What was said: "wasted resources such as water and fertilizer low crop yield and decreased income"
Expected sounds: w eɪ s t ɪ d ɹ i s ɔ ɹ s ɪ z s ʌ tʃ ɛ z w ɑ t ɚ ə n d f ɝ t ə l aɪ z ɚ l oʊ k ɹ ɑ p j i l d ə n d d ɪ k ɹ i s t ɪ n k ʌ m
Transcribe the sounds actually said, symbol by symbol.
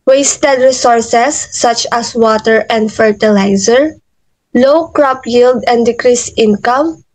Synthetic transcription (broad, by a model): w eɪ s t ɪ d ɹ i s ɔ ɹ s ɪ s ʌ tʃ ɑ s w ɑ t ɚ ə n d f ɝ t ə l aɪ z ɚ l oʊ k ɹ ɑ p j i l d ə n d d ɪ k ɹ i s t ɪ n k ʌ m